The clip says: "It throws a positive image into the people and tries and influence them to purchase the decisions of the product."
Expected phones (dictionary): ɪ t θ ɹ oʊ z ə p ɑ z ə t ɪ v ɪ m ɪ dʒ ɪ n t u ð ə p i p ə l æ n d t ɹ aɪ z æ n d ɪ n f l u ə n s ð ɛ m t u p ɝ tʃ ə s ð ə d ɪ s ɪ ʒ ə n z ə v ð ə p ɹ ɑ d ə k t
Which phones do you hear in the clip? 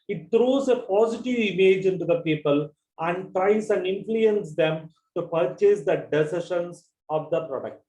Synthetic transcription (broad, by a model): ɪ t t ɹ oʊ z ə p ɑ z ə t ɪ v ɪ m ɪ dʒ ɪ n t u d ə p i p ə l æ n d t ɹ aɪ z æ n d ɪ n f l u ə n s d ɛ m t u p ɝ tʃ ə s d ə d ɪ s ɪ ʃ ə n s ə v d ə p ɹ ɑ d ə k t